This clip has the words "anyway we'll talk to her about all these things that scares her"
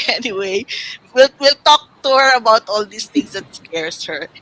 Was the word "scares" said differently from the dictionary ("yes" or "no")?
yes